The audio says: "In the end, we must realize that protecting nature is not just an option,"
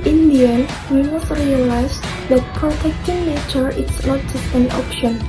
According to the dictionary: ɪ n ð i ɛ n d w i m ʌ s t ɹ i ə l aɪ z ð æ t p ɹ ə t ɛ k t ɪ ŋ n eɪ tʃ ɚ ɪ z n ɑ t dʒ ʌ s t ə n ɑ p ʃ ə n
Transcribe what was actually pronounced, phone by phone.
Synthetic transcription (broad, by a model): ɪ n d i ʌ n w i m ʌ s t ɹ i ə l aɪ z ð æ t p ɹ ə t ɛ k t ɪ ŋ l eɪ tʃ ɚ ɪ s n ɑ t dʒ ʌ s t ə n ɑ p ʃ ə n